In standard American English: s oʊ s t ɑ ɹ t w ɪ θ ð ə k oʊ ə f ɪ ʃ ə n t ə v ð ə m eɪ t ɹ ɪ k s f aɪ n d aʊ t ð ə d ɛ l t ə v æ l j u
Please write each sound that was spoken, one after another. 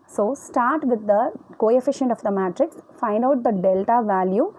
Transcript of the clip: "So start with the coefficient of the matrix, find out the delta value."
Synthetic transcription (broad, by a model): s oʊ s t ɑ ɹ t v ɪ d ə k oʊ ə f ɪ ʃ ə n t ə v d ə m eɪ t ɹ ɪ k s f aɪ n d aʊ t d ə d ɛ l t ə v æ l j u